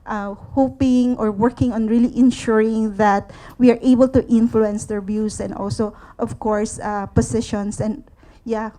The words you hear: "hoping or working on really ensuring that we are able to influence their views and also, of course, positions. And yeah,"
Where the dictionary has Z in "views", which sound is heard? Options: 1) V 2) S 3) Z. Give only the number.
2